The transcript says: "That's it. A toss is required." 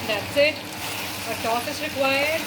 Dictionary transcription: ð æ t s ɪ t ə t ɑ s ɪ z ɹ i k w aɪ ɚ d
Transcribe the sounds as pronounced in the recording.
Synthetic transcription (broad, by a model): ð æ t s ɪ t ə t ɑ θ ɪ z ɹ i k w aɪ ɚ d